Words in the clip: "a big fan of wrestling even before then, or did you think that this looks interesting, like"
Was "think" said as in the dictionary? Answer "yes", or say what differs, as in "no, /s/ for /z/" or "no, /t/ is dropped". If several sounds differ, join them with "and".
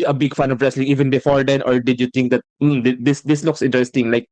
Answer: no, /t/ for /θ/